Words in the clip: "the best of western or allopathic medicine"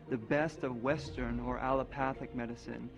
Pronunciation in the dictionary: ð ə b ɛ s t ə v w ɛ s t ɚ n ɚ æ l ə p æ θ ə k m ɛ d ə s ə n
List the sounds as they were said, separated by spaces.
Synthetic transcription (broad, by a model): ð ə b ɛ s t ə v w ɛ s t ɚ n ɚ æ l ə p æ θ ə k m ɛ d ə s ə n